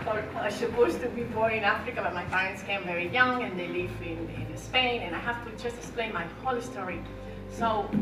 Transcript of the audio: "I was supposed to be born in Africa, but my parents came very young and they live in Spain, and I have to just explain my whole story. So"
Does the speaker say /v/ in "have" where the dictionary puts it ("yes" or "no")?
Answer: no